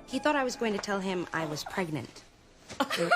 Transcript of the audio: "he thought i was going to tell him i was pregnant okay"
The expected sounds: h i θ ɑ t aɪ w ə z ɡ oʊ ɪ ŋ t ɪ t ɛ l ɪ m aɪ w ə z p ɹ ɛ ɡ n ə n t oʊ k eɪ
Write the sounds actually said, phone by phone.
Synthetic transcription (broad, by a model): h i θ ɑ t aɪ w ə z ɡ oʊ ɪ ŋ t ɪ t ɛ l ɪ m aɪ w ə z p ɹ ɛ ɡ n ə n t